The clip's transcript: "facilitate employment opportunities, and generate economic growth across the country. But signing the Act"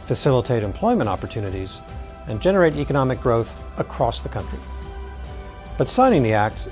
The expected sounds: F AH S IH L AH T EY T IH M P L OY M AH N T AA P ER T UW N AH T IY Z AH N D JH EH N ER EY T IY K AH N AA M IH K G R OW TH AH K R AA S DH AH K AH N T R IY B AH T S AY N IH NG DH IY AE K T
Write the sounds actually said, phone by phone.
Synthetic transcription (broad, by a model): F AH S IH L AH T EY T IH M P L OY M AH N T AA P ER T UW N AH T IY Z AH N JH EH N ER EY T IY K AH N AA M IH K G R OW TH AH K R AA S DH AH K AH N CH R IY B AH T S AY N IH NG DH IY AE K T